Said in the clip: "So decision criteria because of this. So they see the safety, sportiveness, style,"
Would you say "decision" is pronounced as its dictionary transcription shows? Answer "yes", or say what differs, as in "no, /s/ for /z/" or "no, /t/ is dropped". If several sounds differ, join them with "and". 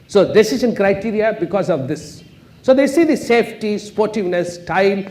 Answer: no, /s/ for /ʒ/